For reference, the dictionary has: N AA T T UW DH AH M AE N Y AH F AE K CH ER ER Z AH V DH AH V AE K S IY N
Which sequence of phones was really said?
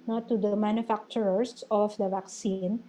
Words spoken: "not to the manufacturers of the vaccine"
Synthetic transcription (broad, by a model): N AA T T UW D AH M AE N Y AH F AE K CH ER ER S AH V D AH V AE K S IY N